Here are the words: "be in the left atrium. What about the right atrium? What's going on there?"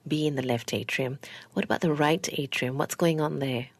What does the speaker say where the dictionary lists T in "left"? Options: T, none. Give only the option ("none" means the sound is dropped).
T